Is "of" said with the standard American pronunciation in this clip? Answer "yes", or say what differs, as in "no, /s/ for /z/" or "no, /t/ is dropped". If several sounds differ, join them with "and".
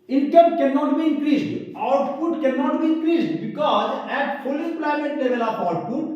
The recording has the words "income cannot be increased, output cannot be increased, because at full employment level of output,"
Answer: no, /p/ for /v/